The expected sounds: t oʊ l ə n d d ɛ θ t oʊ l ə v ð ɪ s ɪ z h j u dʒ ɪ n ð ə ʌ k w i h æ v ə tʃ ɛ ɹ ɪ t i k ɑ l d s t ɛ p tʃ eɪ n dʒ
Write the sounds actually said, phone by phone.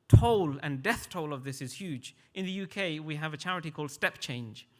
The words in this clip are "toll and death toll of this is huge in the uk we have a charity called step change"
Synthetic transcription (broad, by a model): t oʊ l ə n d d ɛ θ t oʊ l ə v ð ɪ s ɪ z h j u dʒ ɪ n ð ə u k w i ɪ v ə tʃ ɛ ɹ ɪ t i k ɑ l d s t ɛ p tʃ eɪ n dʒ